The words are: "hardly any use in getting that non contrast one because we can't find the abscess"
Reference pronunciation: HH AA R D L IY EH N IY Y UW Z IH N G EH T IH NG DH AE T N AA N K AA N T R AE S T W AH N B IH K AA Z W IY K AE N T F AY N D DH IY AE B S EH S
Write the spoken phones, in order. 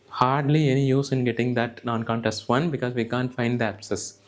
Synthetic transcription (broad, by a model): HH AA R D L IY EH N IY Y UW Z IH N G EH T IH NG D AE T N AA N K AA N T AE S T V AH N B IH K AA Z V IY K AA N T F AY N D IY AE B S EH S